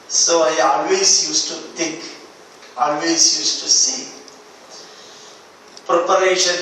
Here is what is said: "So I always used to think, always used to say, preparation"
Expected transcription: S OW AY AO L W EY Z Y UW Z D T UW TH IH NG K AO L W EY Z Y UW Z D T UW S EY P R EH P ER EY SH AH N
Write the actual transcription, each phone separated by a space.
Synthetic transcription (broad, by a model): S OW AY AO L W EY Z Y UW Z T UW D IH K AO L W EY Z Y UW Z T UW S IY P R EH P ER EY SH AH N